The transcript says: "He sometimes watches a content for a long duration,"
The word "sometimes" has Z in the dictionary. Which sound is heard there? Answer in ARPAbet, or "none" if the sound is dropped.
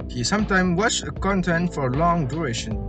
none